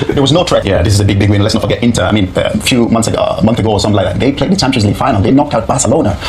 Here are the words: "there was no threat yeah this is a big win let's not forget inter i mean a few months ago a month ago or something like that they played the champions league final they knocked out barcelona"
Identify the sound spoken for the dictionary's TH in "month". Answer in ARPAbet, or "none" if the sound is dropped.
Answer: TH